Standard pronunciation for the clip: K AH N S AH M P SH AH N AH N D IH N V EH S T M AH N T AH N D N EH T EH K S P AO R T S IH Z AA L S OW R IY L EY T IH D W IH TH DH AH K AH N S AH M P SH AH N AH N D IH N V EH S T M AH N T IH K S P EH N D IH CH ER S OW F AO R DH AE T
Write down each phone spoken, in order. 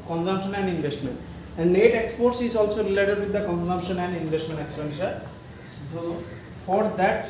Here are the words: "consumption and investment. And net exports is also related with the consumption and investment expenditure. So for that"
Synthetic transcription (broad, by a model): K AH N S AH M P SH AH N AH N D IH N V EH S T M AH N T AH N D N EH T EH K S P AO R T S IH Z AA L S OW R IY L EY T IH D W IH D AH K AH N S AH M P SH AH N AH N D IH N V EH S T M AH N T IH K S AH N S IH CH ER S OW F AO R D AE T